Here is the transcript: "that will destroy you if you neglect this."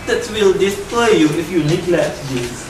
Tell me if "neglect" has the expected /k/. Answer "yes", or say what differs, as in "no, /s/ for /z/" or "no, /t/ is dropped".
no, /k/ is dropped